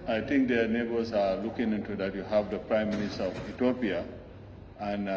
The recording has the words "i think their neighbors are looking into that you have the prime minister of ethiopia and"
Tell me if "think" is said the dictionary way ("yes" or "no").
no